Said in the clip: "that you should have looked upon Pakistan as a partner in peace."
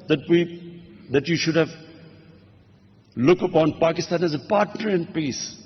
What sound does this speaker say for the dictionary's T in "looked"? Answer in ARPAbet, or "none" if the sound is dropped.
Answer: none